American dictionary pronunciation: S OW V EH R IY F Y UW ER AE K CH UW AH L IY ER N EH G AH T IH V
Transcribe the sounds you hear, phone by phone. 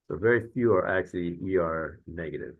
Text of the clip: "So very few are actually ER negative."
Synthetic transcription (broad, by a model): S OW V EH R IY F Y UW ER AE K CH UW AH W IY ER N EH G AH T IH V